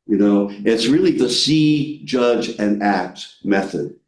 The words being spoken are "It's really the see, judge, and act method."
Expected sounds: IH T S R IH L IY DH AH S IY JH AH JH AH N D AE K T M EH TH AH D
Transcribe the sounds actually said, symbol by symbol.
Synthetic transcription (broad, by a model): IH T S R IH L IY DH AH S IY JH AH JH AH N AE K T M EH TH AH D